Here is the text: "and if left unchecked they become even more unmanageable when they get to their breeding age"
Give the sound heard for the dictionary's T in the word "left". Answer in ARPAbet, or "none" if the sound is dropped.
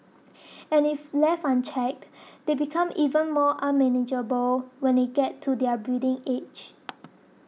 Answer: none